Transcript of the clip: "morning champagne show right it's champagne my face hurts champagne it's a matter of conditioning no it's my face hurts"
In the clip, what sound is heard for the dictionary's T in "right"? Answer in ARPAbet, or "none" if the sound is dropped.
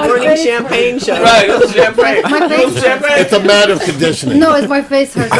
none